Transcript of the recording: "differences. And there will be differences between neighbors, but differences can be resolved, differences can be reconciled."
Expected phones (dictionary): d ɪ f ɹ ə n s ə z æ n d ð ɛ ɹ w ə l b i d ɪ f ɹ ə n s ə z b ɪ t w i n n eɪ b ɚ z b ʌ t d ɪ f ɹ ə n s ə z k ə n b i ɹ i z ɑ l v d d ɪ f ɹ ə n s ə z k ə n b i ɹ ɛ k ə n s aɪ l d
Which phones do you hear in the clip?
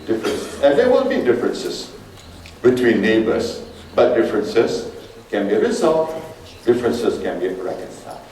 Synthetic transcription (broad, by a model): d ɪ f ɹ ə n s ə n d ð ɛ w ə n b i d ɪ f ɹ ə n s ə s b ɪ t w i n n eɪ b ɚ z b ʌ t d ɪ f ɹ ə n s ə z k ə n b i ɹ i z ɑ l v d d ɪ f ɹ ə n s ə s k ə n b i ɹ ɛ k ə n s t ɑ